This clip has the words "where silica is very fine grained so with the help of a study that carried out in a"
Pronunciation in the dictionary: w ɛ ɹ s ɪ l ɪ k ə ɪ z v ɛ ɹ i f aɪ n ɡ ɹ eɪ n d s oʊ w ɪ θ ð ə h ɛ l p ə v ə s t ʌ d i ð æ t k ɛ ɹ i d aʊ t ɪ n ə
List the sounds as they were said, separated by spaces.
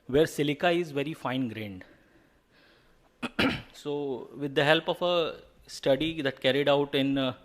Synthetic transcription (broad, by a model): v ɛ ɹ s ɪ l ɪ k ə ɪ z v ɛ ɹ i f aɪ n ɡ ɹ eɪ n d s oʊ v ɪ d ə h ɛ l p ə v ə s t ʌ d i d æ t k ɛ ɹ i d aʊ t ɪ n